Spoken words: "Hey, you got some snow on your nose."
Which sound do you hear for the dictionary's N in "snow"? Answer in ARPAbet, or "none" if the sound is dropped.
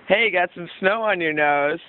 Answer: N